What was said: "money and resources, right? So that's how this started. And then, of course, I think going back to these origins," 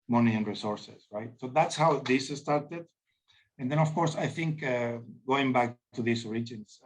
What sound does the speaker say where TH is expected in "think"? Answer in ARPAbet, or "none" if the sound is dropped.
TH